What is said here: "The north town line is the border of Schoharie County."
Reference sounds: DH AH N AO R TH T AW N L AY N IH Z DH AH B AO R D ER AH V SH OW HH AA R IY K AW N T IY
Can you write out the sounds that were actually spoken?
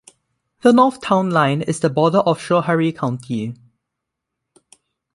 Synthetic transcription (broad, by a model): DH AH N AO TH T AW N L AY N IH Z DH AH B AO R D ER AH F SH OW HH AA R IY K AW N T IY